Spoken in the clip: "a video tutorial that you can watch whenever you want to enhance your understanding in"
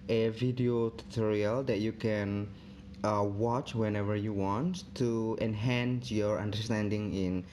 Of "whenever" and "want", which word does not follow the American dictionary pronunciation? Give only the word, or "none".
none